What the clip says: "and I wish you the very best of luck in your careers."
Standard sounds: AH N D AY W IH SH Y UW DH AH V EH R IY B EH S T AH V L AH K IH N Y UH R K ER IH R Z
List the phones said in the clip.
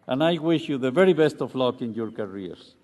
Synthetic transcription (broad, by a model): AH N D AY W IH SH Y UW DH AH V EH R IY B EH S T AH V L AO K IH N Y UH R K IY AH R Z